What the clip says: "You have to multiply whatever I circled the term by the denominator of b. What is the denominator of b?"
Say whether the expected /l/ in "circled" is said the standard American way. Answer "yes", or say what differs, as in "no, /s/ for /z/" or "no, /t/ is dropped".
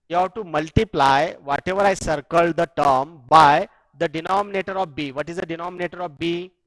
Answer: yes